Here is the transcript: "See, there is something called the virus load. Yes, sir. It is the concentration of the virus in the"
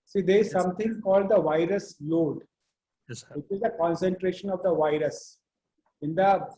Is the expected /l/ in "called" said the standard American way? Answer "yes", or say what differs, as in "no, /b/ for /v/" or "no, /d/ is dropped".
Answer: yes